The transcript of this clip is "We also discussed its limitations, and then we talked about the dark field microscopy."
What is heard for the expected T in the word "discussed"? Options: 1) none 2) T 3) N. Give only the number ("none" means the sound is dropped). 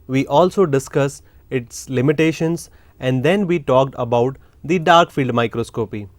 1